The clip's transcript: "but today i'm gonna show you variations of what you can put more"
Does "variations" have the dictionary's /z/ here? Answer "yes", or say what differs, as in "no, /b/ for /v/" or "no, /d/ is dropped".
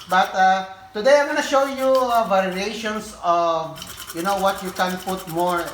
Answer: no, /s/ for /z/